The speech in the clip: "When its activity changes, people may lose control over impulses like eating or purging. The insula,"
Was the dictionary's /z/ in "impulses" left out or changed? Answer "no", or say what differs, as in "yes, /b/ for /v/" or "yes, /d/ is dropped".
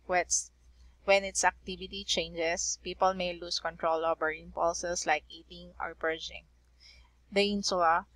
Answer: yes, /s/ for /z/